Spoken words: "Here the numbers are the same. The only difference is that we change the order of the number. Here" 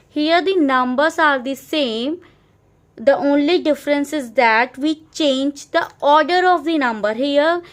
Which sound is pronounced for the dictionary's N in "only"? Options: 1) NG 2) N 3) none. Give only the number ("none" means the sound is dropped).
2